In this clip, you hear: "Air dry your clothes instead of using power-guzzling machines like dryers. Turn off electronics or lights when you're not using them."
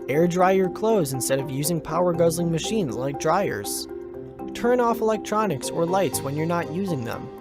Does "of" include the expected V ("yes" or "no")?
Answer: yes